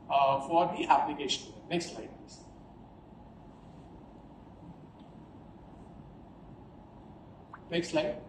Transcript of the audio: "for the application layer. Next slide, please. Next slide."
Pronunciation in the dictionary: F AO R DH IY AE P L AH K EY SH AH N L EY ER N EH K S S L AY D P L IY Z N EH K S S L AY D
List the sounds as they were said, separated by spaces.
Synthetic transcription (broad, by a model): F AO R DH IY AE P L AH K EY SH AH N N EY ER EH K S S L AY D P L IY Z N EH K S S L AY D